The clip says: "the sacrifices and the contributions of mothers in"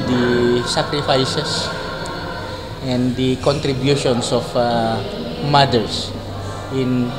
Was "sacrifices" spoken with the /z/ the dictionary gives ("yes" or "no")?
no